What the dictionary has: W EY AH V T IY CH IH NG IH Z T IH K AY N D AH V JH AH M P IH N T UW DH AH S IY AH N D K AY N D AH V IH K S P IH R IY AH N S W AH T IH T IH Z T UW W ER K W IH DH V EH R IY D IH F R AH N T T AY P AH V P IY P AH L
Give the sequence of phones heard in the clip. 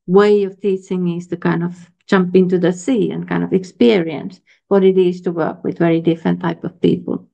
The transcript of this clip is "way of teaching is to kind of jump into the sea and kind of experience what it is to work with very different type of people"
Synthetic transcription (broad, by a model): W EY AH V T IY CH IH NG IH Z T IH K AY N D AH V JH AH M P IH N T UW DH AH S IY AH N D K AY N D AH V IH K S P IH R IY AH N S W AH T IH T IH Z T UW W ER K W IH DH V EH R IY D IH F R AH N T T AY P AH V P IY P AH L